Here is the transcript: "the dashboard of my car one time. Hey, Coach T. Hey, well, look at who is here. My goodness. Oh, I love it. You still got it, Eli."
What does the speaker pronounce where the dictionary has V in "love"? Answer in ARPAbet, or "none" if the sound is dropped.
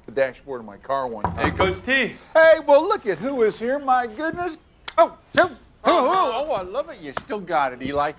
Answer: V